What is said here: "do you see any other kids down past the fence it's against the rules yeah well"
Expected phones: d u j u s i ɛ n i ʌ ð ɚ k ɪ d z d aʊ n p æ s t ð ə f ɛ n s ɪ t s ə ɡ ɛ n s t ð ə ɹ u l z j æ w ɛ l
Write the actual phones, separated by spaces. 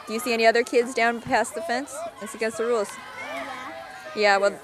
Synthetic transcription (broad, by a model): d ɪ j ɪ s i ɛ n i ʌ ð ɚ k ɪ d z d aʊ n p æ s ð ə f ɛ n s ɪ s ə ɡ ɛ s ð ə ɹ u l z j æ w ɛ l